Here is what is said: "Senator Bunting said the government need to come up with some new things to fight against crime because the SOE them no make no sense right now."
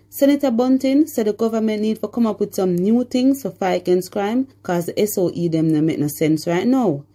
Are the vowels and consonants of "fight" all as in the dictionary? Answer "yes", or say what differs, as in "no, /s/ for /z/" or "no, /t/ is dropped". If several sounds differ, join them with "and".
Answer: no, /t/ is dropped